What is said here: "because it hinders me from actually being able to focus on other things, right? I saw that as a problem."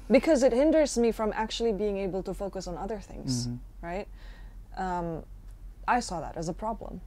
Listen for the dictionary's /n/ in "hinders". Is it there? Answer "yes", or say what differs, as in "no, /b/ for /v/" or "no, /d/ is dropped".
yes